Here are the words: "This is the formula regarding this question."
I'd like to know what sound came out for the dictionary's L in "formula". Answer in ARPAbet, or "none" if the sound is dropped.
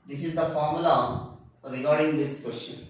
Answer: none